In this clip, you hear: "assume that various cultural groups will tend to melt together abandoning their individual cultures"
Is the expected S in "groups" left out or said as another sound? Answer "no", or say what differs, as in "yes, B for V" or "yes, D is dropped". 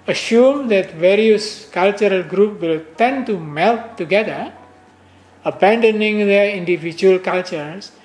yes, S is dropped